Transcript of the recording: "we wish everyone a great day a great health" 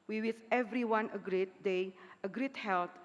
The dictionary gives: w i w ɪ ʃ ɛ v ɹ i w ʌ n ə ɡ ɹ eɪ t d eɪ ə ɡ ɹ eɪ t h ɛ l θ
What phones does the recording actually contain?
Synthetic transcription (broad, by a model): w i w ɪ s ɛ v ɹ i w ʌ n ə ɡ ɹ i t d eɪ ə ɡ ɹ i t h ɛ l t